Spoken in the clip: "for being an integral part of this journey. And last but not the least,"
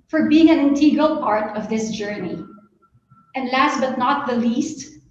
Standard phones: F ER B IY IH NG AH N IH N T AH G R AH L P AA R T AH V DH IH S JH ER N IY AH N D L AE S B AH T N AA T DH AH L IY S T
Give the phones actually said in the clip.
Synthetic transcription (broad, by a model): F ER B IY IH NG AH N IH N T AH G AH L P AA R T AH V DH IH S JH ER N IY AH N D L AE S B AH T N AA T DH AH L IY S T